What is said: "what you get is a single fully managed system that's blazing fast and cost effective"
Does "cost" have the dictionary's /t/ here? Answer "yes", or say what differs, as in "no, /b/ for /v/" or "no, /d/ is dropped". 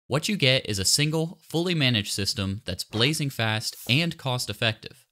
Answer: yes